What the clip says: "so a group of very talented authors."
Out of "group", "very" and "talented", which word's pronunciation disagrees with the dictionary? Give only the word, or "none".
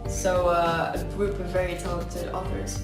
talented